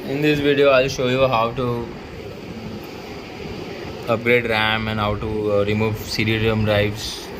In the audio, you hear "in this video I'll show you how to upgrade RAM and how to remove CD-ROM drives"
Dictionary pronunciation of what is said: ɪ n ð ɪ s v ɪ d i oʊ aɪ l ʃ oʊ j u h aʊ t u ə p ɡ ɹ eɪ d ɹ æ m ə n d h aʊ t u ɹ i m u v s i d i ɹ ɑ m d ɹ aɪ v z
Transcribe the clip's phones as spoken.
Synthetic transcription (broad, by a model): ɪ n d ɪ s v ɪ d i oʊ aɪ l ʃ oʊ j u h aʊ t u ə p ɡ ɹ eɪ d ɹ æ m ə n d h aʊ t u ɹ i m u v s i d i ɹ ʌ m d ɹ aɪ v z